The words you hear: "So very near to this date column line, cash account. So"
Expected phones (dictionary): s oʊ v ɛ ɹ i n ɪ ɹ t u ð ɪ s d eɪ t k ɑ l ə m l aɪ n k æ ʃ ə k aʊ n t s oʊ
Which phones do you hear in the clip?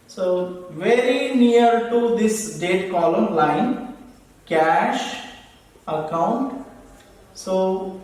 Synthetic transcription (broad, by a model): s oʊ v ɛ ɹ i n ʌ ɹ t u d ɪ s d eɪ t k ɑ l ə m l aɪ n k æ ʃ ə k aʊ n t s oʊ